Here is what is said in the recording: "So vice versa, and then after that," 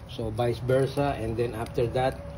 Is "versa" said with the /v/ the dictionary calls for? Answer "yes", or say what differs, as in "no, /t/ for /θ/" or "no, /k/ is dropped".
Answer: no, /b/ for /v/